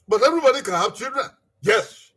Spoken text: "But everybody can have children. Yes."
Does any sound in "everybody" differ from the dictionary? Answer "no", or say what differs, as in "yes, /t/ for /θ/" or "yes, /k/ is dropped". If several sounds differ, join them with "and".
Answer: yes, /v/ is dropped